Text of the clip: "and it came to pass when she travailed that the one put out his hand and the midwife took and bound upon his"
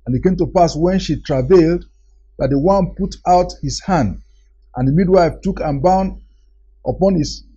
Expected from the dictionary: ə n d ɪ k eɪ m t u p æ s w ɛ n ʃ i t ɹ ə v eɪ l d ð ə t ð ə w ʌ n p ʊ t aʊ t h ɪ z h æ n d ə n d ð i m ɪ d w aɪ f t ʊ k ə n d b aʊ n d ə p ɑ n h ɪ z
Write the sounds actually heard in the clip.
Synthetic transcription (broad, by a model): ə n ɪ k eɪ m t u p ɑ s w ɛ n ʃ i t ɹ ə v eɪ l d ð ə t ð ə w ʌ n p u t aʊ t h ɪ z h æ n d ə n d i m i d w aɪ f t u k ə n b aʊ n d ə p ɑ n h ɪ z